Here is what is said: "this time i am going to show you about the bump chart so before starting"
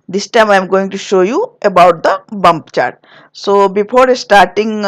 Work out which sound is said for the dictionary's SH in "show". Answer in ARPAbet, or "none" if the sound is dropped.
SH